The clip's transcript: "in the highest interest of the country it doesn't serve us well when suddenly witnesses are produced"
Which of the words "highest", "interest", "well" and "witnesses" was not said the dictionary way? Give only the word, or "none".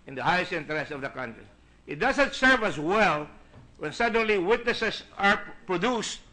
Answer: witnesses